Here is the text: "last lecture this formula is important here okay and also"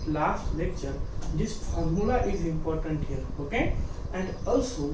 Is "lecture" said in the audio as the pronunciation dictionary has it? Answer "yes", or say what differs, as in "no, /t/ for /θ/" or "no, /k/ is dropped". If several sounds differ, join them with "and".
yes